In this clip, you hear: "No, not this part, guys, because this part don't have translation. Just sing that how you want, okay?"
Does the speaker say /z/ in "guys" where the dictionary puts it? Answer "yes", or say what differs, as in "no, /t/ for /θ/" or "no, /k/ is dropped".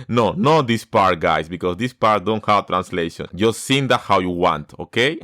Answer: no, /s/ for /z/